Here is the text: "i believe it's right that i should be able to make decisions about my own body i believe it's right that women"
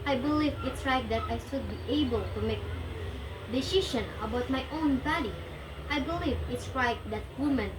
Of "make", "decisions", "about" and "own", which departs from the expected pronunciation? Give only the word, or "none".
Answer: decisions